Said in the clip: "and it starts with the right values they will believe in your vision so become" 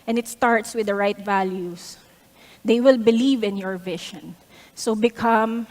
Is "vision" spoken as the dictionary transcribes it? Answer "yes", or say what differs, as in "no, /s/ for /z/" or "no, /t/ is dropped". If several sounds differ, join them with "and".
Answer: no, /ʃ/ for /ʒ/